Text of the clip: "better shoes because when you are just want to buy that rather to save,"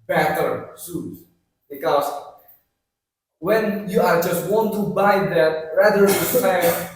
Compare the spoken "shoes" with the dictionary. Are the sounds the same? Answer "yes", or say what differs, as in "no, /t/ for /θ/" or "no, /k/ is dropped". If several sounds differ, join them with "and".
no, /s/ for /ʃ/